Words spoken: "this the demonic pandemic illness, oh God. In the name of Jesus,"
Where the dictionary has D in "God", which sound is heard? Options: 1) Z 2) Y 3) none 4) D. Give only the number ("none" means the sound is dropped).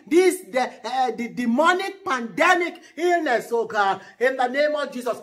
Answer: 3